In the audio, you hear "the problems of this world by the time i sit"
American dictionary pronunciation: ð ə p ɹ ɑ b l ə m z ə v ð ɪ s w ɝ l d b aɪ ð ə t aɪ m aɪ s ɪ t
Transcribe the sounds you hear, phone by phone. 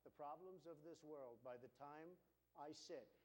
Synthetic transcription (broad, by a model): ð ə p ɹ ɑ b l ə m z ə v ð ɪ s w ɝ l d b aɪ ð ə t aɪ m aɪ s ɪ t